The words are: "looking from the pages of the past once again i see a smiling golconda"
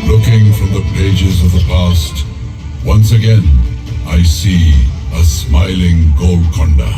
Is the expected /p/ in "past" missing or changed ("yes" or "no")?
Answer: no